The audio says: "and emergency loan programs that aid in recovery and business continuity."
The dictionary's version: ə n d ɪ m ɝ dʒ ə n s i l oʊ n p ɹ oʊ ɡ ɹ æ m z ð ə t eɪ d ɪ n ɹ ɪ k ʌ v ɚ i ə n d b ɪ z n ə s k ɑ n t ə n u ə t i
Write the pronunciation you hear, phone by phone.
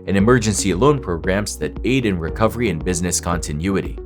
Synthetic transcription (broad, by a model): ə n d ɪ m ɝ dʒ ə n s i l oʊ n p ɹ oʊ ɡ ɹ æ m z ð ə t eɪ d ɪ n ɹ ɪ k ʌ v ɚ i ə n b ɪ z n ə s k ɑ n t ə n u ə t i